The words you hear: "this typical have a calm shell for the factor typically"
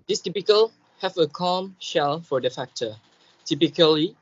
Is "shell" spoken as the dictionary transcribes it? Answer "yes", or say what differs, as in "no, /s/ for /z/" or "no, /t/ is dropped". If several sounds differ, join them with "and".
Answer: yes